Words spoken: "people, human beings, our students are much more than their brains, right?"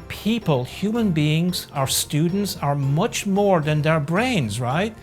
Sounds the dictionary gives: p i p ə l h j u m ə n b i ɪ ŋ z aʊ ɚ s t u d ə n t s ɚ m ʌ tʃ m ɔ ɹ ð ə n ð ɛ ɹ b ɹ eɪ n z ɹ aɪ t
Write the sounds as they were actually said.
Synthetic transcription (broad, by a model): p i p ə l h j u m ə n b i ɪ ŋ z aʊ ɚ s t u d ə n t s ɚ m ʌ tʃ m ɔ ɹ ð ə n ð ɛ ɹ b ɹ eɪ n z ɹ aɪ t